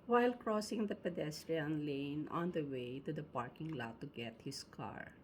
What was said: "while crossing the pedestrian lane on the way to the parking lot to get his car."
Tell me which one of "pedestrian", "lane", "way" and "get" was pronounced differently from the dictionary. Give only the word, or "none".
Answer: none